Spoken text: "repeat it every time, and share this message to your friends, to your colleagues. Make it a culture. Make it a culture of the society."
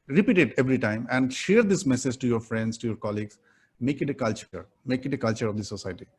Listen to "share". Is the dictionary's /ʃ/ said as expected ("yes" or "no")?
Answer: yes